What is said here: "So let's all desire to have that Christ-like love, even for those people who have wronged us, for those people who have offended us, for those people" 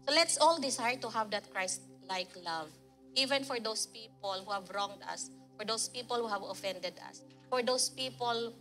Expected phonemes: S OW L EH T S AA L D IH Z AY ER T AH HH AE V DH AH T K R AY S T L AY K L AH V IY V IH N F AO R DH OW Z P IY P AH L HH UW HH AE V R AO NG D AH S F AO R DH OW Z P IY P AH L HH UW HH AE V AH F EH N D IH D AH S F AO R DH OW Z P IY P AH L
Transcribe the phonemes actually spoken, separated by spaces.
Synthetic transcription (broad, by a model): S OW L EH T S AA L D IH S AY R T AH HH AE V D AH T K R AY S T L AY K L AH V IY V IH N F AO R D OW S P IY P AH L HH UW HH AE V R AO NG D AH S F AO R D OW S P IY P AH L HH UW HH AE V AH F EH N D IH D AH S F AO R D OW S P IY P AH L